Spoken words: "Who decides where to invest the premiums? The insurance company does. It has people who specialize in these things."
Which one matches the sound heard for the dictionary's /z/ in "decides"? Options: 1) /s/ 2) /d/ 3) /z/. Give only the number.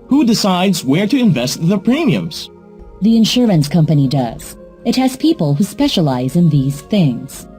3